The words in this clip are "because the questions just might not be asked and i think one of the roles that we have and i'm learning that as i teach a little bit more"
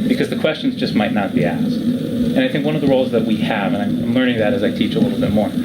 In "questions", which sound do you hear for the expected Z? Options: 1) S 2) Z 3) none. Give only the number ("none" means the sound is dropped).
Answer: 2